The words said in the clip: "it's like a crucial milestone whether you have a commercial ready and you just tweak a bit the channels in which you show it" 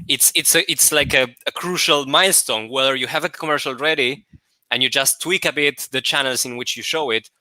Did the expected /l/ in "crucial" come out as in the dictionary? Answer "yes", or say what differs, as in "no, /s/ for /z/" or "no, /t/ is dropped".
yes